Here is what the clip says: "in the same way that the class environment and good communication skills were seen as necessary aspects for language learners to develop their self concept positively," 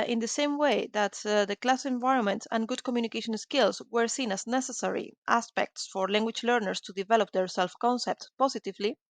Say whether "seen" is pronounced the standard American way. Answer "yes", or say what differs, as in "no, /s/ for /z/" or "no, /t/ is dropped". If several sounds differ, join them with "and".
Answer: yes